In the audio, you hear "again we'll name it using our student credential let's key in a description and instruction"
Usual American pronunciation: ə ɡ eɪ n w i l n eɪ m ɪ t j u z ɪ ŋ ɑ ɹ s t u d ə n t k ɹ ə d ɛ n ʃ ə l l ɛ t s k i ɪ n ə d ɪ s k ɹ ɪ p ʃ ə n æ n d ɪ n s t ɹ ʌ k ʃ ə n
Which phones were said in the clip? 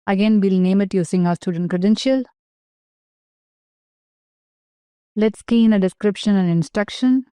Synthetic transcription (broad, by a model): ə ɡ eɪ n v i l n eɪ m ɪ t j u s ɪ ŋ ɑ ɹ s t u d ə n t k ɹ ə d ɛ n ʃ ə l l ɛ t s k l ɪ n ə d ɪ s k ɹ ɪ p ʃ ə n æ n d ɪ n s t ɹ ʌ k ʃ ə n